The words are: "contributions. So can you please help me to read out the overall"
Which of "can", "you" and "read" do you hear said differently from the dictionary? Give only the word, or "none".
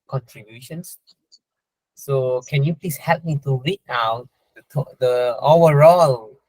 read